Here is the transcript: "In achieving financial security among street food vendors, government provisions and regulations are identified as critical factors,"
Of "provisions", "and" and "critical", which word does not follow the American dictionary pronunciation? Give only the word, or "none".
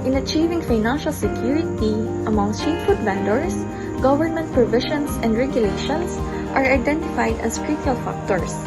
provisions